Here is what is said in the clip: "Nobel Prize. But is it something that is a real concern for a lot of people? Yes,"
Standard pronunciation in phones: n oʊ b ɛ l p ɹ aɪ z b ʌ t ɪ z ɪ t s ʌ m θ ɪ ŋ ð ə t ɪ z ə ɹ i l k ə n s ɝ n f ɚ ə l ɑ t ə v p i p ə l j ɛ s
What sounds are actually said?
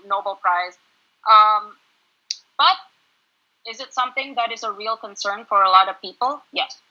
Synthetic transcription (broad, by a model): n oʊ b l p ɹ aɪ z b ʌ t ɪ z ɪ t s ʌ m θ ɪ ŋ ð ə t ɪ z ə ɹ i l k ə n s ɝ n f ɚ ə l ɑ t ə v p i p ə l j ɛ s